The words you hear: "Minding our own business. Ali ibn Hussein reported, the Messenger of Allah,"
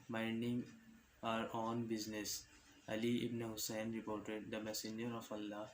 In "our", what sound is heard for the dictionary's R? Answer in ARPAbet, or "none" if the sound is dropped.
R